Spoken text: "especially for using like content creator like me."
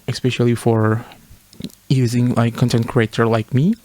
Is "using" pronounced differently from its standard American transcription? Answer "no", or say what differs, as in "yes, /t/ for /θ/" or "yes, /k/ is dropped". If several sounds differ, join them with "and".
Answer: no